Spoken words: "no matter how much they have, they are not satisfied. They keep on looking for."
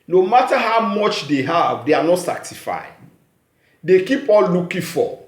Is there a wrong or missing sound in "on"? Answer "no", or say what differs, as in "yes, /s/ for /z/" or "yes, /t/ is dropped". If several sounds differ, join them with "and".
yes, /l/ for /n/